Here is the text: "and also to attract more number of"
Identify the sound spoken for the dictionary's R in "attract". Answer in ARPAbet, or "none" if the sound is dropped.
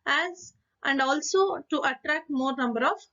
R